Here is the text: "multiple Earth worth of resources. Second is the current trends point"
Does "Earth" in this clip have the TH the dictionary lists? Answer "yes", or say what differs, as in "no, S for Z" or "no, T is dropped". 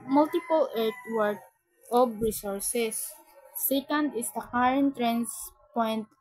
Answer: no, T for TH